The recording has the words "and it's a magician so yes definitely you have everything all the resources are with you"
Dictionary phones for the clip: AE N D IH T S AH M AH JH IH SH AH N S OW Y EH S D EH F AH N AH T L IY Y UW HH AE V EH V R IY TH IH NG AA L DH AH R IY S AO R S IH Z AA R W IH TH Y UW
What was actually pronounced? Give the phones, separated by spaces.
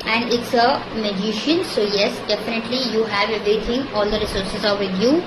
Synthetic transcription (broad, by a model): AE N D IH T S AH M AH JH IH SH AH N S OW Y EH S D EH F AH N AH T L IY Y UW HH AE V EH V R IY T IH NG AA L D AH R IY S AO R S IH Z AA R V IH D Y UW